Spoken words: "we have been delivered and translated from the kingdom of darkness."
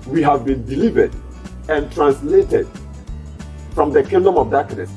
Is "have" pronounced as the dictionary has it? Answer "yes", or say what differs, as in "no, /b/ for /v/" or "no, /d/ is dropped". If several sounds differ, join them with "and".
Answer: yes